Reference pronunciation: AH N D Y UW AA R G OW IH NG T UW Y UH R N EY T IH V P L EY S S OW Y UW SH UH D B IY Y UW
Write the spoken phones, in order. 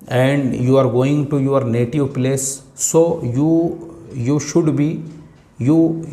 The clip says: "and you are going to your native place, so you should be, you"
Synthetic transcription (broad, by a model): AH N D Y UW AA R G OW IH NG T UW Y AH R N EY T IH V P L EY S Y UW Y UW SH UH D B IY Y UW